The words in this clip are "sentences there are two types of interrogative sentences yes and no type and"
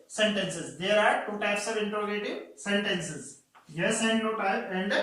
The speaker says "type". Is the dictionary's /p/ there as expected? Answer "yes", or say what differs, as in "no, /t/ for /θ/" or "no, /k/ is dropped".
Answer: no, /p/ is dropped